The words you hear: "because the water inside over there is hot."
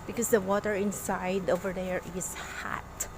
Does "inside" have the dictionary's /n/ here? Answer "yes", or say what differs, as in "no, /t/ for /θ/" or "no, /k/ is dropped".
yes